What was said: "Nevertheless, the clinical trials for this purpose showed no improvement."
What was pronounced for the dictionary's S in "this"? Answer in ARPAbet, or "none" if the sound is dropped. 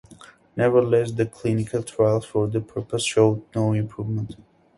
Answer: none